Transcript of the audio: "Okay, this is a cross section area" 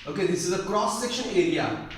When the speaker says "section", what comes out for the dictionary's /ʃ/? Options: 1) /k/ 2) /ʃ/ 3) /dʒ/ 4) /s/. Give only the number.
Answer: 2